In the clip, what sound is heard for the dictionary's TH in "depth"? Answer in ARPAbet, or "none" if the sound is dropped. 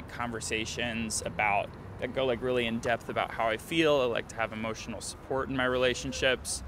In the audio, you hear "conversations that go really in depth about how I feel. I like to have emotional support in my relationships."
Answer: TH